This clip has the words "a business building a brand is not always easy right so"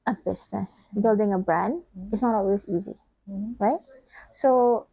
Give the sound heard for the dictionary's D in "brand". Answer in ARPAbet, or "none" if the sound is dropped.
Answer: D